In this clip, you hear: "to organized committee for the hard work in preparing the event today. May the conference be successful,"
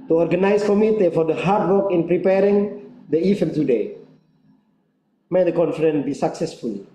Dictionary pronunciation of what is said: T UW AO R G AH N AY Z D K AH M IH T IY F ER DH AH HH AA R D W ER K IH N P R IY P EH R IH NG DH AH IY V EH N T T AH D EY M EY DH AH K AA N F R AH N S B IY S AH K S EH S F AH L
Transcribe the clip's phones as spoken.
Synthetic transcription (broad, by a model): T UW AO R G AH N AY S K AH M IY T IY F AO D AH HH AA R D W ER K IH N P R IY P EH R IH NG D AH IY F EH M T T AH D EY M EY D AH K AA N F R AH N B IY S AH K S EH S F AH L